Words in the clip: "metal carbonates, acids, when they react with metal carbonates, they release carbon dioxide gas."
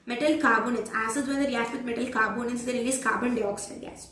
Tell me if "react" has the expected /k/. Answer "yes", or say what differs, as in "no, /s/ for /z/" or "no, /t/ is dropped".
no, /k/ is dropped